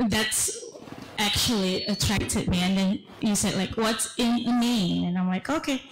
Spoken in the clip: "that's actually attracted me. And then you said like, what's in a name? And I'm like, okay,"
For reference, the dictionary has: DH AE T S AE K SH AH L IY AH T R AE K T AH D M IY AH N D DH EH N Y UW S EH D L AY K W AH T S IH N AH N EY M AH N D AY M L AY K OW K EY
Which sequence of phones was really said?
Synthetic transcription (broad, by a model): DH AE T S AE K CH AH L IY AH T R AE K T AH D M IY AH N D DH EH N Y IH S EH D L AY K W AH T S IH N AH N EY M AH N AY M L AY K OW K EY